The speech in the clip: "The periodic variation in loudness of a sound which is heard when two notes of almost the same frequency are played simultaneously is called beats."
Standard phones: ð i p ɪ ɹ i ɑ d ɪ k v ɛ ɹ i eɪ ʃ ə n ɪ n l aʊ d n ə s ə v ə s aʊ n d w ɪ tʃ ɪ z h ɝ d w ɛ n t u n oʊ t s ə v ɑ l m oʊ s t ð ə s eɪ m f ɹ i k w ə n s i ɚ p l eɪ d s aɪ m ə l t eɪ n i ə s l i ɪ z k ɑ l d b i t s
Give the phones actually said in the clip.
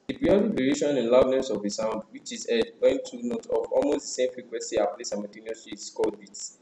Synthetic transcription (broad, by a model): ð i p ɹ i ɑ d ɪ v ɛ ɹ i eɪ ʃ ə n ɪ n l aʊ d n ə s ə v ə s aʊ n d w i tʃ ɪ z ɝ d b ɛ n t u n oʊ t ə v ɑ l m oʊ s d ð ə s eɪ m f ɹ i k w ə n s i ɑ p l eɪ s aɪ m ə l t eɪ n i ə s i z k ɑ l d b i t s